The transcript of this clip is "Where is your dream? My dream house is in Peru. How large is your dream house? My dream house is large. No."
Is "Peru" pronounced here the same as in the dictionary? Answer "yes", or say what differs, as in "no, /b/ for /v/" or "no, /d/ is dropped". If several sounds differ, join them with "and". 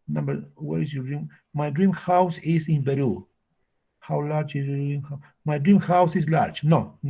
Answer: no, /b/ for /p/